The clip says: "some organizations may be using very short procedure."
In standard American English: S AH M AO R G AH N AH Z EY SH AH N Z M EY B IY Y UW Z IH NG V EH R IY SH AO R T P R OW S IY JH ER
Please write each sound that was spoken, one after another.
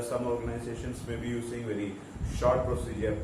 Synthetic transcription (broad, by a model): S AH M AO R G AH N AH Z EY SH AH N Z M EY B IY Y UW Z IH NG V EH R IY SH AO R T P R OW S IY JH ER